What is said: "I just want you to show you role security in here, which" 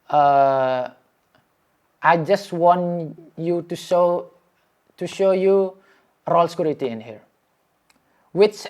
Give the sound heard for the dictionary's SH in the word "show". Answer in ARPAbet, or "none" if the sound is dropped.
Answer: SH